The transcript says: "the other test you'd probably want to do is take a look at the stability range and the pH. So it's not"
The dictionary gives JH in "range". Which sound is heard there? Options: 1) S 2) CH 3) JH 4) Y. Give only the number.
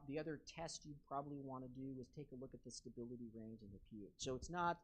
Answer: 3